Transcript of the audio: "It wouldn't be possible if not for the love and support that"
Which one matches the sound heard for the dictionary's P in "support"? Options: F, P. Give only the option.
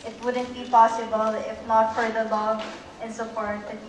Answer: F